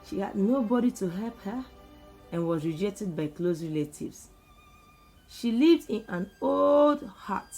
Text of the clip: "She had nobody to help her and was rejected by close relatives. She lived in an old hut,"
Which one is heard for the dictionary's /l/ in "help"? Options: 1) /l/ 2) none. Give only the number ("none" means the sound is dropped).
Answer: 1